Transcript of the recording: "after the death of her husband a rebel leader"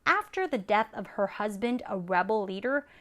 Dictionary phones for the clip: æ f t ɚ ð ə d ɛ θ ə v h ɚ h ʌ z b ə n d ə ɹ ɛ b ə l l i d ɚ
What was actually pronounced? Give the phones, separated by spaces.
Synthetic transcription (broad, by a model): æ f t ɚ ð ə d ɛ θ ə v h ɚ h ʌ z b ə n d ə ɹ ɛ b l l i d ɚ